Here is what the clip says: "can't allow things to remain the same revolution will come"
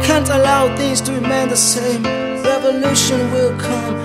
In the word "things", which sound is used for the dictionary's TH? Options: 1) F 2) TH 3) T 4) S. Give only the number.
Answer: 2